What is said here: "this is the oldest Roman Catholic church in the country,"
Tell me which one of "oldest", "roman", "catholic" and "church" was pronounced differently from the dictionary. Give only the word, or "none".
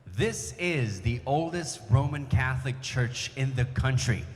none